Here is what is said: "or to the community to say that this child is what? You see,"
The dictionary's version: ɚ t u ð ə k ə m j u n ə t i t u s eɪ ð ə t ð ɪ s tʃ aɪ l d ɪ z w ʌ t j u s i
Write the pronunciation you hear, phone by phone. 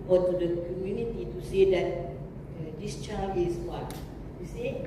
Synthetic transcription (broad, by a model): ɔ t u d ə k ə m j u n ə t i t u s eɪ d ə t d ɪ s tʃ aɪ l ɪ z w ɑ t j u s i